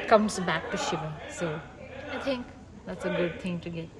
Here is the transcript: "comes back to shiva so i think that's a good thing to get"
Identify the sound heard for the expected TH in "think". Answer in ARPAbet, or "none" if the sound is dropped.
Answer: T